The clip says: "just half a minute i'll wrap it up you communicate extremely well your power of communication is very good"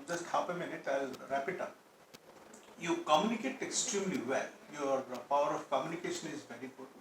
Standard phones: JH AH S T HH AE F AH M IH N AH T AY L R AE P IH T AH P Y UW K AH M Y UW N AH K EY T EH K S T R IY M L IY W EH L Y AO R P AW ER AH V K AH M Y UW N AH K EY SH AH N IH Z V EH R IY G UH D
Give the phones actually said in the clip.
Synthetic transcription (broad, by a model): JH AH S T HH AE P AH M IH N AH T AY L R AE P IH T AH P Y UW K AH M Y UW N AH K EY T EH K S T R IY M L IY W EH L Y AO R P AW ER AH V K AH M Y UW N AH K EY SH AH N IH Z V EH R IY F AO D